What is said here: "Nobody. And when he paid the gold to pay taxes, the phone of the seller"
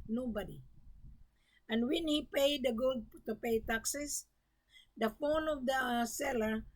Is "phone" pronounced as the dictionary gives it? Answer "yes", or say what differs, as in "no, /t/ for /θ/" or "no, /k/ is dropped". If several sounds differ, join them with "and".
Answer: yes